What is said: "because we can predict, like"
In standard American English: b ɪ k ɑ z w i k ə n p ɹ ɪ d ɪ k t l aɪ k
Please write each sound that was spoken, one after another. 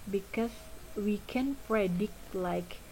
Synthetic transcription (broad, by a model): b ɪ k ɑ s w i k ə n p ɹ ɪ d ɪ k t l aɪ k